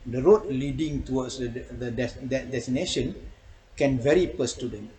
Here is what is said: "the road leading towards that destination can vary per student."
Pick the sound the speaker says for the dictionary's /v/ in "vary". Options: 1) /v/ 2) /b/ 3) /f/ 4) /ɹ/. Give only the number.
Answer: 1